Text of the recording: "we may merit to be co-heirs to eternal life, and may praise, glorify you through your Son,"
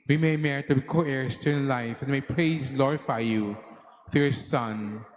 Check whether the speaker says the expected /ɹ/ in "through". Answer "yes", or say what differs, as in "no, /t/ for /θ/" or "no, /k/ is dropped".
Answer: no, /ɹ/ is dropped